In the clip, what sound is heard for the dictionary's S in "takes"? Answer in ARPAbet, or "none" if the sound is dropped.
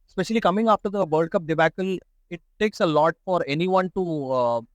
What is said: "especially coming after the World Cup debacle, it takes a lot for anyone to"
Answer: S